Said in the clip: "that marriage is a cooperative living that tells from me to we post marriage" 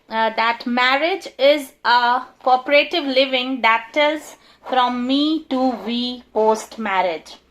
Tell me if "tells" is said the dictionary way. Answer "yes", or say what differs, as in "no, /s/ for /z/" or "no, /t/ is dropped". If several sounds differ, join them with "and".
no, /l/ is dropped